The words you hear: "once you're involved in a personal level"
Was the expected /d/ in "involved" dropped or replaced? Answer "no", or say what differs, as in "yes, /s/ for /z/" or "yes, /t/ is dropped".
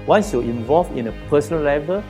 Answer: yes, /d/ is dropped